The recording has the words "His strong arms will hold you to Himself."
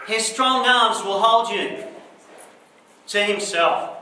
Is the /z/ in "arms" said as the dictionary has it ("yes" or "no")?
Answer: yes